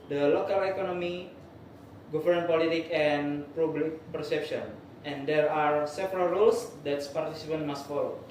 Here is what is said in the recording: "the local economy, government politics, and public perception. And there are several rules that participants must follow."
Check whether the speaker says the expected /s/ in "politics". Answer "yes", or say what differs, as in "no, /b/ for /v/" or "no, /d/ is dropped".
no, /s/ is dropped